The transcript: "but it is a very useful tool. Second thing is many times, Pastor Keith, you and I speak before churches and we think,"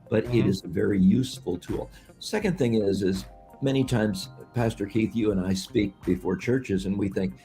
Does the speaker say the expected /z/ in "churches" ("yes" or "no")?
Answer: yes